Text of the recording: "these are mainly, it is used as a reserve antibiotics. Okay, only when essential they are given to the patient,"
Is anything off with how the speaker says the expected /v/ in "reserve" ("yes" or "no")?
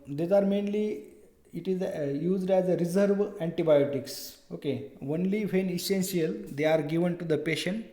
no